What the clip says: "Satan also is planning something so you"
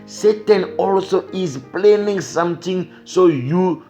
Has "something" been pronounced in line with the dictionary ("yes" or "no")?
no